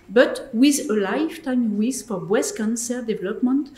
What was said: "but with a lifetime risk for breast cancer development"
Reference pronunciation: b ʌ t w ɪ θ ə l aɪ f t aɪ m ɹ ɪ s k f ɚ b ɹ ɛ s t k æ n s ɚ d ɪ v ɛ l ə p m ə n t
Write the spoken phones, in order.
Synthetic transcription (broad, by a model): b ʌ t w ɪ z ə l aɪ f t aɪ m w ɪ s f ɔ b w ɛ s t k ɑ n s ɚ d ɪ v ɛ l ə p m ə n t